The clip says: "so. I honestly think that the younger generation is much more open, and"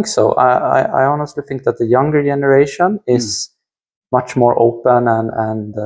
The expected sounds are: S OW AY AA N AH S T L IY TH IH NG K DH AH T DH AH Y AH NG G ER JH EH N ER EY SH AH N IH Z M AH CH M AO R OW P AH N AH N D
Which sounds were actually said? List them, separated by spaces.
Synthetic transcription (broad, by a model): S OW AY AA N AH S T L IY TH IH NG K DH AH T DH AH Y AH NG G ER JH EH N ER EY SH AH N IH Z M AH CH M AO R OW P AH N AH N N